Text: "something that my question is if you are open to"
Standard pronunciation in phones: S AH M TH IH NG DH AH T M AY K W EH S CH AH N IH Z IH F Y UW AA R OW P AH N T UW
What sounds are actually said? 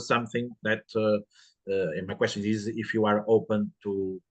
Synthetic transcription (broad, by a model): S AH M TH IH NG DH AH T M AY K W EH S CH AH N IH Z IH F Y UW AA R OW P AH N T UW